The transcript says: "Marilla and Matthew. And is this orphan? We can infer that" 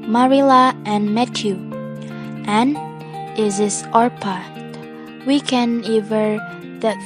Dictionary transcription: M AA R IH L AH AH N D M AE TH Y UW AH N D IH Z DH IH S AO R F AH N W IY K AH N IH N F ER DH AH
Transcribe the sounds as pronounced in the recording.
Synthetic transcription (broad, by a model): M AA R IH L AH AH N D M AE T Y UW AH N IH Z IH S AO R P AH W IY K AH N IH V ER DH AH